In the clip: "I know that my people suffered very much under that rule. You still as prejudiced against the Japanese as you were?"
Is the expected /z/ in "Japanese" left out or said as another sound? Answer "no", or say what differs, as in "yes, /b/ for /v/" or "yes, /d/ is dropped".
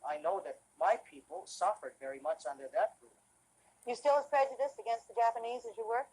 no